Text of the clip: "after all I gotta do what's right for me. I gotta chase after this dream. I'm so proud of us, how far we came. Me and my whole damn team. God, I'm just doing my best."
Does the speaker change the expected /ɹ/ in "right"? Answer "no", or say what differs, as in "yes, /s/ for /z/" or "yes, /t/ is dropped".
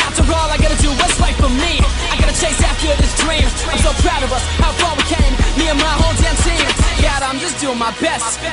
yes, /l/ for /ɹ/